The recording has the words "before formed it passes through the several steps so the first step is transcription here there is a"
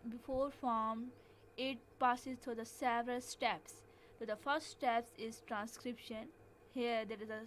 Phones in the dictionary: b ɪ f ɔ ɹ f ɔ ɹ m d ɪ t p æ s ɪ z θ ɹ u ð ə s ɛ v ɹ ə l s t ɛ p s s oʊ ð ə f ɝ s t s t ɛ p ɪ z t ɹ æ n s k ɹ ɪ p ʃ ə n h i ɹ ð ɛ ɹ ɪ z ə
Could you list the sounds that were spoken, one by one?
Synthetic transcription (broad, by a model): b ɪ f ɔ ɹ f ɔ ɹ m ɪ t p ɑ s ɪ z t ɹ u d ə s ɛ v ɹ ə l s t ɛ p s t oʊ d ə f ɝ s t s t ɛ p ɪ z t ɹ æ n s k ɹ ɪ p ʃ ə n h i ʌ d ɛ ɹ ɪ z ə